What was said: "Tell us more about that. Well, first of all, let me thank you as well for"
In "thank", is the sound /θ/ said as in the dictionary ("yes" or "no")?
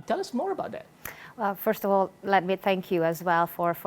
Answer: yes